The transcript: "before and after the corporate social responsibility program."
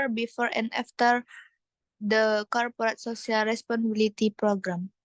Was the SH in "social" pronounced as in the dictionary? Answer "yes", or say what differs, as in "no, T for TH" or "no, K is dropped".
no, S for SH